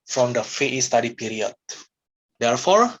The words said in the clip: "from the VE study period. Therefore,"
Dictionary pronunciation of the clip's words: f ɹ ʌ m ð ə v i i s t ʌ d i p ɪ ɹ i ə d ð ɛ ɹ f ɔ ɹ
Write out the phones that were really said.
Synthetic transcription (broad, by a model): f ɹ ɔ m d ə f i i s t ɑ d i p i ɹ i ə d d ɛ ɹ f ɔ ɹ